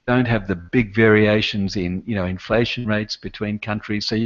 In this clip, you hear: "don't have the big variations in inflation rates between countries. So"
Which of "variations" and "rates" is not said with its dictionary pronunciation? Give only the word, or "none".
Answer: none